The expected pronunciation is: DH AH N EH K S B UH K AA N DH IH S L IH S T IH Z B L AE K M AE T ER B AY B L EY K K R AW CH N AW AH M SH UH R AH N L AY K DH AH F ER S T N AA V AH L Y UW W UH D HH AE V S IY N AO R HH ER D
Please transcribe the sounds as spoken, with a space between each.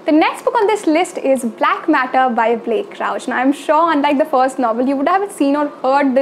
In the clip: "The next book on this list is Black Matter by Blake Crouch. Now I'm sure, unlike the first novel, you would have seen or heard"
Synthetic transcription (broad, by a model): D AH N EH K S B UH K AA N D IH S L IH S T IH Z B L AE K M AE T ER B AY B L EY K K R AW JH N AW AH M SH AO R AH N L AY K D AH F ER S T N AA V AH L Y UW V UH D HH AE V S IY N AO R HH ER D